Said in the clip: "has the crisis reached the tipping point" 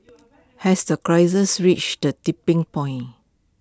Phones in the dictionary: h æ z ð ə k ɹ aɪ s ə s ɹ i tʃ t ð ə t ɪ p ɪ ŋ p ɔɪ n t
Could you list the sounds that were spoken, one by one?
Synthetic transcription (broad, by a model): h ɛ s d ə k ɹ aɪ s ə s ɹ i tʃ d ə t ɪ p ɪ ŋ p ɔɪ n